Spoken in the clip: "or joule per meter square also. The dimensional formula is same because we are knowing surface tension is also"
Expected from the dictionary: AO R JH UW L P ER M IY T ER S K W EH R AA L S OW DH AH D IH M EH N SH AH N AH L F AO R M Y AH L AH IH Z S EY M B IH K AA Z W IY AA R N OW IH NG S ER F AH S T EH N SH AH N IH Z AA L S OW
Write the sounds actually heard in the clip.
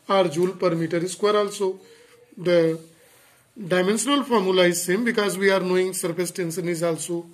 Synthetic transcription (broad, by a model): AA R JH UW L P ER M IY T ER S K W EH R AA L S OW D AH D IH M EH N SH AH N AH L F AO R M Y AH L AH IH Z S EY M B IH K AA Z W IY AA R N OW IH NG S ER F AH S T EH N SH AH N IH Z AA L S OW